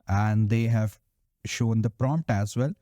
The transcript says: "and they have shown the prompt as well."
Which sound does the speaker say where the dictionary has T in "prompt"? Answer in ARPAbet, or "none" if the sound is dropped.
T